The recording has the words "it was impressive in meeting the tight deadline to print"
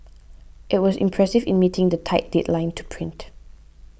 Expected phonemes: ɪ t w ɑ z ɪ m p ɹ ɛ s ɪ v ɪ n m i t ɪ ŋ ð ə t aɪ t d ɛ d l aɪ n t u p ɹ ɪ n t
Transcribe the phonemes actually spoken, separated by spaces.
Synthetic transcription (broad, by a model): ɪ t w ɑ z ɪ m p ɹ ɛ s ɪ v ɪ n m i t ɪ ŋ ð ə t aɪ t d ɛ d l aɪ n t u p ɹ ɪ n t